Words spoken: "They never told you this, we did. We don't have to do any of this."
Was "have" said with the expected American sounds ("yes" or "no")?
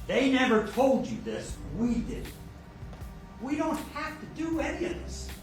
no